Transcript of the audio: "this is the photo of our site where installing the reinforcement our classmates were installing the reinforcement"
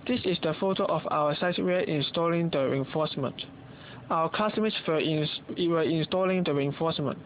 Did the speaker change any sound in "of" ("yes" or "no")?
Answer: yes